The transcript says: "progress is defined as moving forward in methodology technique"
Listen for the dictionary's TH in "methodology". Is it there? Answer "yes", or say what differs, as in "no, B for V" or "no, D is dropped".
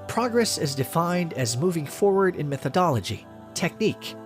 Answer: yes